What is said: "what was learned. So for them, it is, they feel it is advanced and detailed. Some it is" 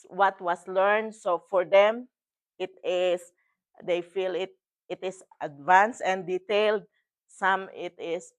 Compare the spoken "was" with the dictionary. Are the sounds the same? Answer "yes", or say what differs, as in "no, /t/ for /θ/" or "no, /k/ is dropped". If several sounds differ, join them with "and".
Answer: no, /s/ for /z/